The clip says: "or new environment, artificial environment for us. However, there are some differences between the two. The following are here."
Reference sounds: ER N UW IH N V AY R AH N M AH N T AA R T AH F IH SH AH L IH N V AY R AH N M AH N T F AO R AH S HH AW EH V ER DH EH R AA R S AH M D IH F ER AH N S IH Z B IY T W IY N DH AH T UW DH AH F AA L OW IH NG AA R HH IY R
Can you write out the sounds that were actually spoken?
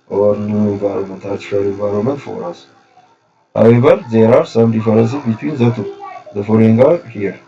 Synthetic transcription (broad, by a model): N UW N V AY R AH M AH N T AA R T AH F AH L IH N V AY R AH M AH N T F AO R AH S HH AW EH B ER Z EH R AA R S AH M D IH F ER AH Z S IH B IY T W IY N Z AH T UW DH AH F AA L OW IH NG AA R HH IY R